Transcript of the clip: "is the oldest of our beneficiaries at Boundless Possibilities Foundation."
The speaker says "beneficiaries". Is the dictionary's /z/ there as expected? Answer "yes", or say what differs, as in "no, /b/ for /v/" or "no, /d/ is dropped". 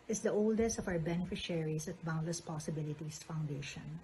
no, /s/ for /z/